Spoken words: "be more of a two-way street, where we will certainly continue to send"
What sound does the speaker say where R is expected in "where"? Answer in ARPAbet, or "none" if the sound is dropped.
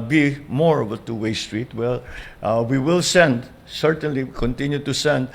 L